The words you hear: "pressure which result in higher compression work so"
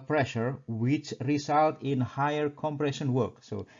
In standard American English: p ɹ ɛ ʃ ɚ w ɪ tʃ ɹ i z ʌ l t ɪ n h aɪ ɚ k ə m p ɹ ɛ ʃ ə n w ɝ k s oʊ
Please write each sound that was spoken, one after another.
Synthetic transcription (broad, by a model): p ɹ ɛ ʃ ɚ w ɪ tʃ ɹ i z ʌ l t ɪ n h aɪ ɚ k ə m p ɹ ɛ ʃ ə n w ɝ k s oʊ